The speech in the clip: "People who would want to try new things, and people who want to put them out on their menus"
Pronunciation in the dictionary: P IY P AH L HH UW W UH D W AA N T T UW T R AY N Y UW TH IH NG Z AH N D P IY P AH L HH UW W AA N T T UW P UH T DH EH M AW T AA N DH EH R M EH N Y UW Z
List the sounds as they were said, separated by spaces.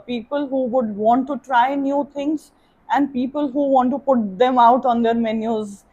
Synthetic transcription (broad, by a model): P IY P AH L HH UW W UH D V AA N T T UW T R AY N Y UW T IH NG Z AH N D P IY P AH L HH UW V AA N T T UW P UH T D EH M AW T AA N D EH R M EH N Y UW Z